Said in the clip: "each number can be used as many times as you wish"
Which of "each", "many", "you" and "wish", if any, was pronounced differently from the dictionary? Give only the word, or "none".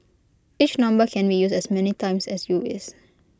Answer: wish